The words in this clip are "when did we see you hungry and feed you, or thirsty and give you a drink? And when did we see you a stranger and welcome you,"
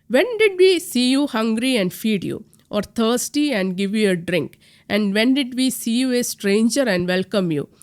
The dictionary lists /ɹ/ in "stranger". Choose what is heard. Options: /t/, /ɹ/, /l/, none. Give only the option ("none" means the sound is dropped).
/ɹ/